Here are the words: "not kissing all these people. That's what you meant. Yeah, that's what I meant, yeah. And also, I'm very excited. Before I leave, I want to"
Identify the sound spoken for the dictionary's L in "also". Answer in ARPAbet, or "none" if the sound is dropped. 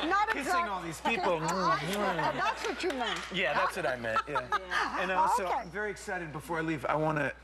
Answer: none